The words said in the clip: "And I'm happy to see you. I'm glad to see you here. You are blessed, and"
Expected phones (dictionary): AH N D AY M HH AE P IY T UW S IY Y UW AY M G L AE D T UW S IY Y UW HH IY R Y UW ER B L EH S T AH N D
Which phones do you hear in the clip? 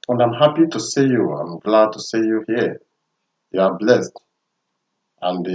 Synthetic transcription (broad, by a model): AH N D AY M HH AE P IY T UW S IY Y UW AY M G L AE D T UW S IY Y UW HH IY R Y UW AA B L EH S T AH N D